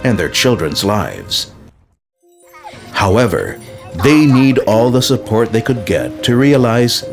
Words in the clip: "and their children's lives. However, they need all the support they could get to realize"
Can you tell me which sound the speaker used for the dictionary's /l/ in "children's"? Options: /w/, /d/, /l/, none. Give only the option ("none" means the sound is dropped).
/l/